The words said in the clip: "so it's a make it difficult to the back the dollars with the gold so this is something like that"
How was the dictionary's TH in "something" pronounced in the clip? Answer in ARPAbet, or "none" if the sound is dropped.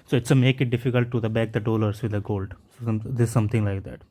T